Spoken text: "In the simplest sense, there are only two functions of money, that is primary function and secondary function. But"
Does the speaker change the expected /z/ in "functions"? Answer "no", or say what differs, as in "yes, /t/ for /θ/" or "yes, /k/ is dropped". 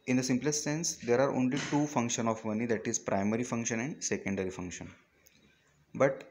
yes, /z/ is dropped